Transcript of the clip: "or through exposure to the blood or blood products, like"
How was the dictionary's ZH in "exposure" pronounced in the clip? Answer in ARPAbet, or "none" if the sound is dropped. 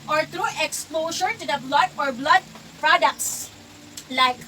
SH